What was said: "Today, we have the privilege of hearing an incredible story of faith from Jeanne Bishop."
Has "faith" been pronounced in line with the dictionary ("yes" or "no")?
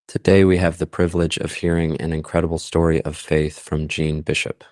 yes